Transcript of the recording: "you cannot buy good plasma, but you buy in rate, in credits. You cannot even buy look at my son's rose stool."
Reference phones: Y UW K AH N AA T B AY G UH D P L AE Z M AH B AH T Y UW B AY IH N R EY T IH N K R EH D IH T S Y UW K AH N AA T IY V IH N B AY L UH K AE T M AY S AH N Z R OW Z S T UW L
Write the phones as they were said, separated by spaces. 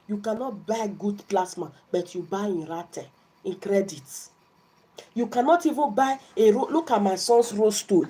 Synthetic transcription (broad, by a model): Y UW K AH N AA T B AY G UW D P L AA S M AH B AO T Y UW B AY IH N R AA T IH N K R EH D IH T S Y UW K AH N AA T IY V IH N B AY L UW K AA T M AY S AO N S R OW S T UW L